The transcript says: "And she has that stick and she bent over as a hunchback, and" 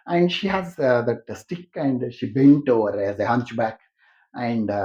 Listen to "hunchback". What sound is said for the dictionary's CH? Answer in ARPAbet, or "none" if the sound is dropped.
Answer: CH